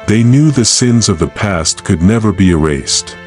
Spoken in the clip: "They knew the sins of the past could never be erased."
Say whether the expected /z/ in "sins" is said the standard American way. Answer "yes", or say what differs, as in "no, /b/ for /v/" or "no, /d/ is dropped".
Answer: yes